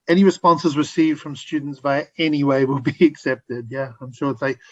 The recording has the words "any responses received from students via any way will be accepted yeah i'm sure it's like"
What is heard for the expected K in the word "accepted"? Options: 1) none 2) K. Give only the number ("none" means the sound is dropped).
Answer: 2